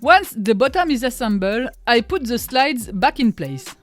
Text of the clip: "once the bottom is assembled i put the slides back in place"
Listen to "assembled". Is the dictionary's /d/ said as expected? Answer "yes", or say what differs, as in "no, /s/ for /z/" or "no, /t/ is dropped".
no, /d/ is dropped